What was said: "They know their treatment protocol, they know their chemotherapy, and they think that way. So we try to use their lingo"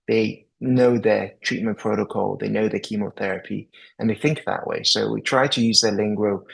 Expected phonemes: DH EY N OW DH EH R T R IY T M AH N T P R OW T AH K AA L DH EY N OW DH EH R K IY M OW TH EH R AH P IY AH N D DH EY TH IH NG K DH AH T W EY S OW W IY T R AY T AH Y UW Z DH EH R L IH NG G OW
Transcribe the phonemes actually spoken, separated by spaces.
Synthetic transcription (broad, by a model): DH EY N OW DH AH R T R IY T M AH N P R OW T AH K AA L DH EY N OW DH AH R K IY M OW TH EH R AH P IY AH N DH EY TH IH NG K DH AH T W EY S OW W IY T R AY T AH Y UW Z DH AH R L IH NG G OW